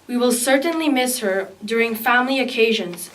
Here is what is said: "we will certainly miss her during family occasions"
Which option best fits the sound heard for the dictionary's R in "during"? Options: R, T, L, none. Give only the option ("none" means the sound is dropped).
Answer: R